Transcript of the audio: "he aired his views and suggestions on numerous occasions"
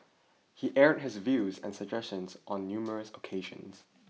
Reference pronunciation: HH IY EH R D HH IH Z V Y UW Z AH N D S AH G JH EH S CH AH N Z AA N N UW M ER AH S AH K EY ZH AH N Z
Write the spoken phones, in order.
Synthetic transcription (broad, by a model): HH IY EH R D HH IH Z V Y UW Z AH N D S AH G JH EH S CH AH N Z AA N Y UW M ER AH S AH K EY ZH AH N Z